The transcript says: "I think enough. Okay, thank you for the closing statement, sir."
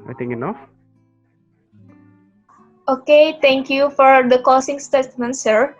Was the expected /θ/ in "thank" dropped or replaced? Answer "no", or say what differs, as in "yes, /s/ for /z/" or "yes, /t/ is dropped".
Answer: yes, /t/ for /θ/